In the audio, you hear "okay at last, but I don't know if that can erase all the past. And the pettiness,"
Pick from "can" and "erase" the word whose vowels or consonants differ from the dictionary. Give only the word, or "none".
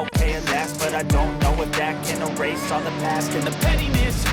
none